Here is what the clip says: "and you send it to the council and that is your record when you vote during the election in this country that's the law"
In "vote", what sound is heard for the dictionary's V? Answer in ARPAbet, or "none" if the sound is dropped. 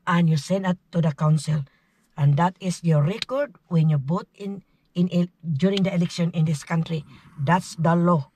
B